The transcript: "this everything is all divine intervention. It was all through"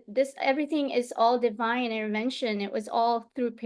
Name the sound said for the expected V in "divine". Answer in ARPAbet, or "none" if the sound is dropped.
V